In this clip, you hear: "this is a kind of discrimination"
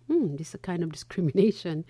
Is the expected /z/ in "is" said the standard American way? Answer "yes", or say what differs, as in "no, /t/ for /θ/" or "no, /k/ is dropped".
no, /s/ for /z/